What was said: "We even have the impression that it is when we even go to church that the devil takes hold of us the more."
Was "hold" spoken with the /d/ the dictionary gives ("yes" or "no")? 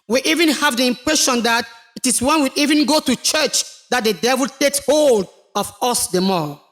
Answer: yes